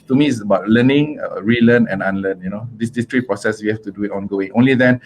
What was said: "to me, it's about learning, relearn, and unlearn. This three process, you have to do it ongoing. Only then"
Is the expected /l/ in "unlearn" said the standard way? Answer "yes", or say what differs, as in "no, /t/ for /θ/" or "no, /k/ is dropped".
no, /n/ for /l/